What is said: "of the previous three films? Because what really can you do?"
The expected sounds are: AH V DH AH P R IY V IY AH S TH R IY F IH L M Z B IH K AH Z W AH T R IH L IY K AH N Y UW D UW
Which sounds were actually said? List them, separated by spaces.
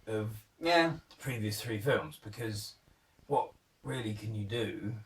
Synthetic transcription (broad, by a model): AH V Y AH P R IY V IY AH S TH R IY F IH L M Z B IH K AH Z W AH T R IH L IY K AH N Y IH D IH